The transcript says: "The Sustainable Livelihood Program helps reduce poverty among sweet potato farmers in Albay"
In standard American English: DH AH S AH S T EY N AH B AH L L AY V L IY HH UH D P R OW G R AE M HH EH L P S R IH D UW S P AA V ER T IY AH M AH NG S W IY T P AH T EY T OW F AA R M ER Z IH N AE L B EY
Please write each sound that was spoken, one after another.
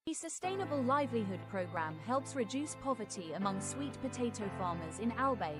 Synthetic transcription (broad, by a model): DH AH S AH S T EY N AH B AH L L AY V L IY HH UH D P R OW G R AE M HH EH L P S R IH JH UW S P AA V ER T IY AH M AH NG S W IY T P AH T EY T OW F AA M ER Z IH N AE L B EY